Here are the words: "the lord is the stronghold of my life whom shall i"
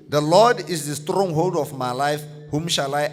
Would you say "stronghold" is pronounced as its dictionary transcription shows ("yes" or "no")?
yes